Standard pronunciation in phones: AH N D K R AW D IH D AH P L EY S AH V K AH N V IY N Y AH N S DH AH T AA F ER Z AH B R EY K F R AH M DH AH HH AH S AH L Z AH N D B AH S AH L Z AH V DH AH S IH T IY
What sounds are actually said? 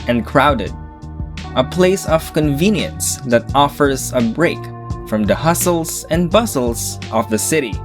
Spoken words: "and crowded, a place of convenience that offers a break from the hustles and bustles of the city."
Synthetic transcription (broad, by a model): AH N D K R AW D IH D AH P L EY S AH V K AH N V IY N Y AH N S DH AH T AA F ER Z AH B R EY K F R AH M DH AH HH AH S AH L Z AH N B AH S L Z AH V DH AH S IH T IY